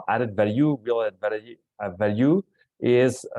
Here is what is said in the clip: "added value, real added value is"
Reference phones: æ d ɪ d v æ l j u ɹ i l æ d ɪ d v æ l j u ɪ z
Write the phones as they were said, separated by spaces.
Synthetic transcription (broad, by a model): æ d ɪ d v æ l j u w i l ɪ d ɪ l v æ l j u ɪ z